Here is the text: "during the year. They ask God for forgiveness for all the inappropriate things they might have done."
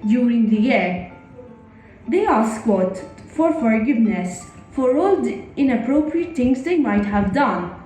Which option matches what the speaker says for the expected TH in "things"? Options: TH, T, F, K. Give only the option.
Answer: T